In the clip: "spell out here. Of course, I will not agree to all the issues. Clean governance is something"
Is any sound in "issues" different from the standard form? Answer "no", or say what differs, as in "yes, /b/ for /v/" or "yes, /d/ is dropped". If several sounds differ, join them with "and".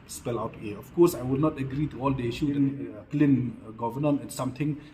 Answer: yes, /z/ is dropped